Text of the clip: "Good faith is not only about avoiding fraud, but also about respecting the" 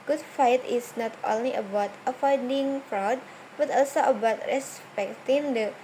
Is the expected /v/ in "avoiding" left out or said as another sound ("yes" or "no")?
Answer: yes